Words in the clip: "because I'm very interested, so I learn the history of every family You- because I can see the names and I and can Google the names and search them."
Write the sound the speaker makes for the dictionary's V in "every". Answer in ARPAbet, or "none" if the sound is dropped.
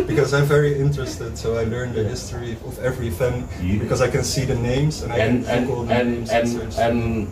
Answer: V